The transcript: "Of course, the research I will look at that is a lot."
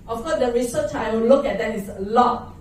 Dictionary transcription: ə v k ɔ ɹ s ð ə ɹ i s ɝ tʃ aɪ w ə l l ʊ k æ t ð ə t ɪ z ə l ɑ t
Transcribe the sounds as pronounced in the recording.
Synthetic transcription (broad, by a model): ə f k ɔ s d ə ɹ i s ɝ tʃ aɪ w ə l l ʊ k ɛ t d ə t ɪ s ə l ɑ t